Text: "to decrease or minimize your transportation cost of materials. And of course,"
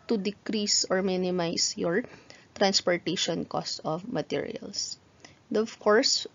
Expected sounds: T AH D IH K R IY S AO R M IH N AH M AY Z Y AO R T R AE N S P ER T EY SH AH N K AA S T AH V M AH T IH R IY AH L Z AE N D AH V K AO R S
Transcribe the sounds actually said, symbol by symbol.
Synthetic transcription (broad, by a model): T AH D IH K R IY S AO R M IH N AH M AY S Y AO R T R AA N S P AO T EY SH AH N K AA S T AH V M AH T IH R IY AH L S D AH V K AO R S